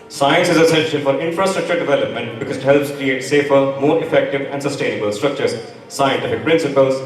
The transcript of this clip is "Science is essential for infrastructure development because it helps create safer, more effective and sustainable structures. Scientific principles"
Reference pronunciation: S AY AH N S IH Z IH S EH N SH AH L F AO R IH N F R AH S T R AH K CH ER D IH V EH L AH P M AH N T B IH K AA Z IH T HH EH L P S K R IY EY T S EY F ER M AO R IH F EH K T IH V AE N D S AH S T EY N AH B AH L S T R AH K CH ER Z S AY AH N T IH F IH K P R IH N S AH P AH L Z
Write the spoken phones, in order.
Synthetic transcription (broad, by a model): S AY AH N S IH Z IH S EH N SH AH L F AO R IH N F R AH S T R AH K CH ER D IH V EH L AH P M AH N T B IH K AA Z IH T HH EH L P S K R IY EY T S EY F ER M AO R IH F EH K T IH V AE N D S AH S T EY N AH B AH L S T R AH K CH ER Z S AY AH N T IH F IH K P R IH N S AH P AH L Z